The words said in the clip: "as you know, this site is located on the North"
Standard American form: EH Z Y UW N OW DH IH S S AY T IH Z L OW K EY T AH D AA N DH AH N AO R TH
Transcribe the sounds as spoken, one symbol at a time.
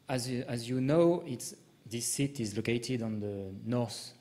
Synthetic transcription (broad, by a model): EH Z Y UW N OW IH S S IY T IH Z L OW K EY T AH D AA N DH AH N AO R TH